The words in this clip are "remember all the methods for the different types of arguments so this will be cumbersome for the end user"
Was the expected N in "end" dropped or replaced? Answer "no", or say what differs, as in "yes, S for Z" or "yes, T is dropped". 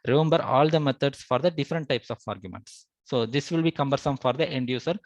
no